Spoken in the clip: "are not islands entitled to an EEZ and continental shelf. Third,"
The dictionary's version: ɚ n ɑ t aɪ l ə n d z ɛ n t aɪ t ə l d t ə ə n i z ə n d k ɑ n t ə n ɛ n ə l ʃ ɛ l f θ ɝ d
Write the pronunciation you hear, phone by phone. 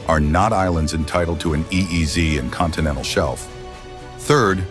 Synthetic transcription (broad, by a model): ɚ n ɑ t aɪ l ə n d z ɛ n t aɪ t l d t ə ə n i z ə n k ɑ n t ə n ɛ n l ʃ ɛ l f θ ɝ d